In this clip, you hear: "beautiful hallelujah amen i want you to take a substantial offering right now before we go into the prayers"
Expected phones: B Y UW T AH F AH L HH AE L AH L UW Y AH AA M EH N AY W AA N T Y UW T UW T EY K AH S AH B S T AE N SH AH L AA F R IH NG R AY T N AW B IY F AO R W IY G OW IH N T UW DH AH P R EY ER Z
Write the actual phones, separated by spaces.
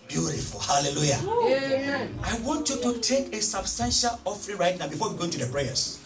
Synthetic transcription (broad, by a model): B Y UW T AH F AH L HH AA L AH L UW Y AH AA IH W AA N T Y UW T UW T EY K AH S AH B S T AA N SH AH L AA F R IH R AY T N AW B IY F AO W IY G OW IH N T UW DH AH P R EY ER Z